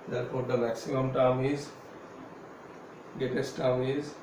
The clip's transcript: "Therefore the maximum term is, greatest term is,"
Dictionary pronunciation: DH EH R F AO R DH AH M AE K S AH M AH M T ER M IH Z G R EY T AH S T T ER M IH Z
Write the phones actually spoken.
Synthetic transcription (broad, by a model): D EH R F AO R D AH M AE K S AH M AH M T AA M IH Z G EY T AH S T T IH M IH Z